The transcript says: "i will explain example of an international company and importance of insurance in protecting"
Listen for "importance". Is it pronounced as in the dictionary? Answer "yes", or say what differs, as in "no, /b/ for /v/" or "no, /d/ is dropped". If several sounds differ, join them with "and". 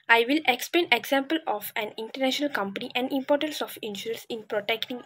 yes